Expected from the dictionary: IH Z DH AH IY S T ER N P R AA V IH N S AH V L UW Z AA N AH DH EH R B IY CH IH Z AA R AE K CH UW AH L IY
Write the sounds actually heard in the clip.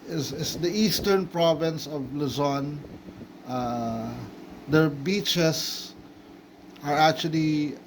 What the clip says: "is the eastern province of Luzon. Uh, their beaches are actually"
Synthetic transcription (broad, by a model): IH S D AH IY S T ER N P R AA V IH N S AH V L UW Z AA N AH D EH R B IY CH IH S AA R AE K CH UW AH L IY